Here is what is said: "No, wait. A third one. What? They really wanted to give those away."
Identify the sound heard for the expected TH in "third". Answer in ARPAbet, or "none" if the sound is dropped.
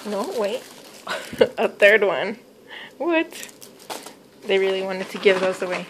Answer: TH